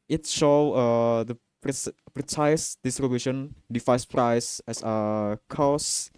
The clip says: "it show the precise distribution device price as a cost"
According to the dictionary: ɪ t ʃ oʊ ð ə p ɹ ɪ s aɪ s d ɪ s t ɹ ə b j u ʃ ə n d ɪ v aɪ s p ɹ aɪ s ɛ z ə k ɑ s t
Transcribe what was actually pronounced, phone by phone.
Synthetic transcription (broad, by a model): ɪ t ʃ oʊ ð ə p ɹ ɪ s aɪ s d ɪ s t ɹ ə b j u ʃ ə n d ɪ f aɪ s p ɹ aɪ s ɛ s ə k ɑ s